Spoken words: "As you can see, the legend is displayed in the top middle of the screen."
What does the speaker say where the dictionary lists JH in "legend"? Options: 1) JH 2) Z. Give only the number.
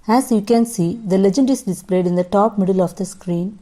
1